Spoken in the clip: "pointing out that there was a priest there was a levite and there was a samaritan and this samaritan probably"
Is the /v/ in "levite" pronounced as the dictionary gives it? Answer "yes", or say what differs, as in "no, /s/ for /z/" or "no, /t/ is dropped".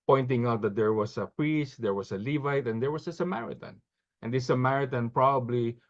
yes